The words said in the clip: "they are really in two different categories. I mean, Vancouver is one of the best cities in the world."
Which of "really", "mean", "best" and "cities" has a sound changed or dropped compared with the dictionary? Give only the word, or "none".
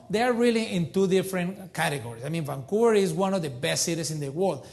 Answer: cities